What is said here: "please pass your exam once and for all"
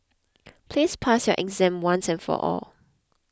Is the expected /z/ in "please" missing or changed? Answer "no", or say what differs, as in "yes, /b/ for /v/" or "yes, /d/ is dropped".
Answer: yes, /s/ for /z/